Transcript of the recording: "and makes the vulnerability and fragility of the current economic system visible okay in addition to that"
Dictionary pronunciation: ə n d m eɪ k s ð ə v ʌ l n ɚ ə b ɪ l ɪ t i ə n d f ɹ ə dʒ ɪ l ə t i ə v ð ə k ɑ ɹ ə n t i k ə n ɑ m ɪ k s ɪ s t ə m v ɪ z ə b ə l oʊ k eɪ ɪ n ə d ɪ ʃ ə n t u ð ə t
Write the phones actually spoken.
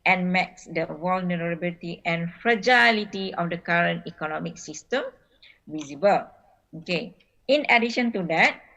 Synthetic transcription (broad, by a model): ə n m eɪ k s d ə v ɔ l n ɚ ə b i l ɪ t i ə n f ɹ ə dʒ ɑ l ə t i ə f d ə k ɑ ɹ ə n t i k ə n ɑ m ɪ k s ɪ s t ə m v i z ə b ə l oʊ k eɪ ɪ n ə d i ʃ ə n t u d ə t